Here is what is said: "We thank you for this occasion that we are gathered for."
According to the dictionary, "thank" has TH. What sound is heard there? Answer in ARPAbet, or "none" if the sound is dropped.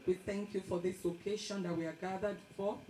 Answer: TH